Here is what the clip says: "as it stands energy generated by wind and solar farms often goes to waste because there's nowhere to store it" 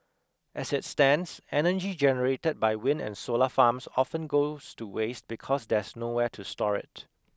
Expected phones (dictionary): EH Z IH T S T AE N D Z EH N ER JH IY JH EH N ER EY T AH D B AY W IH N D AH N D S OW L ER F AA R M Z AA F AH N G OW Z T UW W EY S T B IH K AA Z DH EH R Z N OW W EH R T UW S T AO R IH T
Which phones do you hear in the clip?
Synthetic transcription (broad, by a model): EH S IH T S T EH N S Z EH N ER JH IY JH EH N ER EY T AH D B AY W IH N AH N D S OW L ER F AA M S AA F AH N G OW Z T UW W EY S T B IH K AA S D EH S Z N OW W EH T UW S T AO R IH T